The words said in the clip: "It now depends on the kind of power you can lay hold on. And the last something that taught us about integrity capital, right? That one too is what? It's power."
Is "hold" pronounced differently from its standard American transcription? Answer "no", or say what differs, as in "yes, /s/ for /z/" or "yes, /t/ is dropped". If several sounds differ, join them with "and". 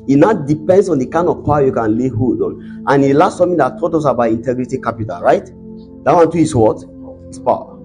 yes, /l/ is dropped